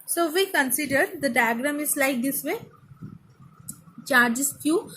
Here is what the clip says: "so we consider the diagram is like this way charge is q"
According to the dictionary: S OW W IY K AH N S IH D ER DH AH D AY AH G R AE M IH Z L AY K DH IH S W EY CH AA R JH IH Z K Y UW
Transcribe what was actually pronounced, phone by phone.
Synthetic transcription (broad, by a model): S OW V IY K AH N S IH D ER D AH D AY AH G R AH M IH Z L AY K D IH S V EY CH AA R JH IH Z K Y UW